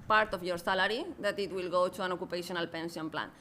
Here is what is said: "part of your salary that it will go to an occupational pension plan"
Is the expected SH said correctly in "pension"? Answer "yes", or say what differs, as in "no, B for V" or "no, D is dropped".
no, S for SH